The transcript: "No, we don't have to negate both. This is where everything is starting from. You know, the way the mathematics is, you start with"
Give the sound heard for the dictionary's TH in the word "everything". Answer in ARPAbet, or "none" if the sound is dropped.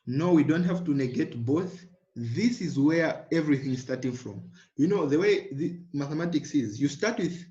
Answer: TH